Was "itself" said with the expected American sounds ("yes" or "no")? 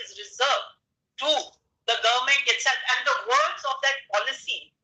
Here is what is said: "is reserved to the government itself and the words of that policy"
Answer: no